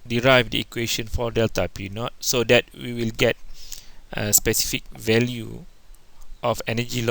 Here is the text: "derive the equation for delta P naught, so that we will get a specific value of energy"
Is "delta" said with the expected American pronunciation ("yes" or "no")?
yes